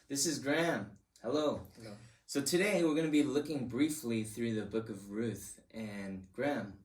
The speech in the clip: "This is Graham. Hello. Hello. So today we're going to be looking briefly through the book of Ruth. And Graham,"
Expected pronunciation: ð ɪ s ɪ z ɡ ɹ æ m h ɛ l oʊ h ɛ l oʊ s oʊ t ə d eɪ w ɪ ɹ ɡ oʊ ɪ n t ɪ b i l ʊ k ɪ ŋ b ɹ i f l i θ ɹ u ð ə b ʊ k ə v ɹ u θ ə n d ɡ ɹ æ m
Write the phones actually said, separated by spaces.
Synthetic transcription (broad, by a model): ð ɪ s ɪ z ɡ ɹ æ m h ɛ l oʊ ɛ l s oʊ t ə d eɪ w ɪ ɹ ɡ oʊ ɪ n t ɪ b i l ʊ k ɪ ŋ b ɹ i f l i θ ɹ u ð ə b ʊ k ə v ɹ u θ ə n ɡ ɹ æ m